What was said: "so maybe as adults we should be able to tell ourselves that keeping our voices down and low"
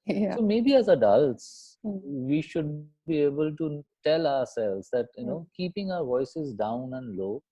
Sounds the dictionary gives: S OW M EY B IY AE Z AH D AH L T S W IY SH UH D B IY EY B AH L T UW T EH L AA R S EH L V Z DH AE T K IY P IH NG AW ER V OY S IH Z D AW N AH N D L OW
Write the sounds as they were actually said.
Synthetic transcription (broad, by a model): S OW M EY B IY AE Z AH D AH L T S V IY SH UH D B IY EY B AH L T UW T EH L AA R S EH L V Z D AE T K IY P IH NG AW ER V OY S IH Z D AW N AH N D L OW